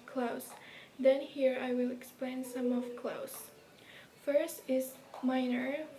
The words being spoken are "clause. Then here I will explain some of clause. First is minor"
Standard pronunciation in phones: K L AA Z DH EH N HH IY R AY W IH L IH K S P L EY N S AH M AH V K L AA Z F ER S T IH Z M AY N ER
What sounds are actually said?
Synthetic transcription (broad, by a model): K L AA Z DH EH N HH IY R AY W IH L IH K S P L EY N S AH M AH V K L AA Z F ER S T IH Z M AY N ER